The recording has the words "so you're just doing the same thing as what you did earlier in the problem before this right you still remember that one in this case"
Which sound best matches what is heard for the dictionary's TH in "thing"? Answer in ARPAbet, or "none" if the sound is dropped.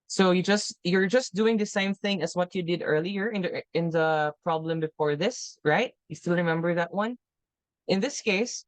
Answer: TH